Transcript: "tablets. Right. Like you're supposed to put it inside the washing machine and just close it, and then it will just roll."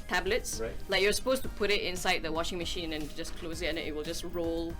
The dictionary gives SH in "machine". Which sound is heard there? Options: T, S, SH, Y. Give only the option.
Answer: SH